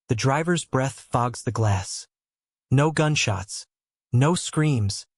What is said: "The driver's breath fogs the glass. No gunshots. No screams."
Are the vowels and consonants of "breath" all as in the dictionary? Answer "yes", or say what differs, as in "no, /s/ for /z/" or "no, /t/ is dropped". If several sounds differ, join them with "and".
yes